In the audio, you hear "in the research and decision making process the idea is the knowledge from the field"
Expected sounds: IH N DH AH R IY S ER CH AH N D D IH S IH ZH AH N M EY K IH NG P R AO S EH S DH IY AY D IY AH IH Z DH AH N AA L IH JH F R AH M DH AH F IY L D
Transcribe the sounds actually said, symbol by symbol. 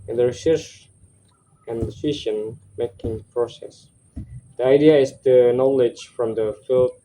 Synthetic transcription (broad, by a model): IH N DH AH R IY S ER S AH N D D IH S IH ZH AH N M EY K IH NG P R AO S EH S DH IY AY D IY AH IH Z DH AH N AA L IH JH F R AH M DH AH F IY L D